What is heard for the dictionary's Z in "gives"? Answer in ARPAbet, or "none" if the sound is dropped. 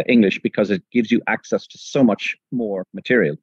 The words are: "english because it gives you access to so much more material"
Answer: Z